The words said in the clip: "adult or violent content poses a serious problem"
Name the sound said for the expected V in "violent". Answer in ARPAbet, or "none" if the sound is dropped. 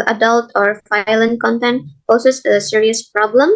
F